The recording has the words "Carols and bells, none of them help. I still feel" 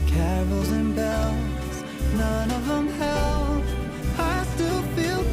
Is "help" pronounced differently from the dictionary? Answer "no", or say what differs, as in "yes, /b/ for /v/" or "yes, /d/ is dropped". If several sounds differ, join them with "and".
yes, /p/ is dropped